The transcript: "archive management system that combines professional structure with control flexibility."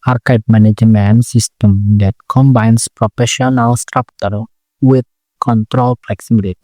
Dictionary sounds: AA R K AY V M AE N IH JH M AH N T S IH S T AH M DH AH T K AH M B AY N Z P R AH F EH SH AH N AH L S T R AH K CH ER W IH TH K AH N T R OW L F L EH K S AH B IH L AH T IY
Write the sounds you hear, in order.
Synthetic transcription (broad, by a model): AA R K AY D M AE N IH JH M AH N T S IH S T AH M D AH T K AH M B AY N S P R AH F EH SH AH N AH L S T R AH K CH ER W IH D K AH N T R OW L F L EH K S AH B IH L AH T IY